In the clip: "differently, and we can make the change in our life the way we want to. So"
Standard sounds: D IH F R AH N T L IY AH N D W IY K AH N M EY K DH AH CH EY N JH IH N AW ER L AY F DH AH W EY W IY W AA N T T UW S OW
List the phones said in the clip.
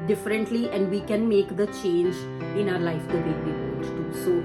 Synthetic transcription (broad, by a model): D IH F R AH N T L IY AH N D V IY K AH N M EY K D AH CH EY N JH IH N AW ER L AY F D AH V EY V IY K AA T T UW S OW